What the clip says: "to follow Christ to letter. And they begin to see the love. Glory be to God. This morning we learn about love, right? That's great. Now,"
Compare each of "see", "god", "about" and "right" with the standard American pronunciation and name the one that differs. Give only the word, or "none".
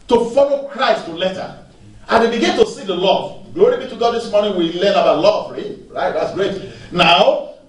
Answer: about